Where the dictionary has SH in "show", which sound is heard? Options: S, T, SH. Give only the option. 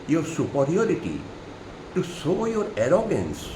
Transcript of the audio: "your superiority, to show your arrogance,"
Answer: S